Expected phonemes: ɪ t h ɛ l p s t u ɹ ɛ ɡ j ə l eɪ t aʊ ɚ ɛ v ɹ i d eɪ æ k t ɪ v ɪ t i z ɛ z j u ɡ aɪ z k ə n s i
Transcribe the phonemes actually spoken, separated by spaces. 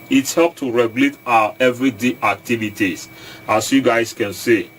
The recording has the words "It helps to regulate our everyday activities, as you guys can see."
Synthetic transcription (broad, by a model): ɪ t h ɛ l p t u ɹ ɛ ɡ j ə l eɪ t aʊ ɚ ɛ v ɹ i d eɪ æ k t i v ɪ t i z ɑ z j u ɡ aɪ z k ə n s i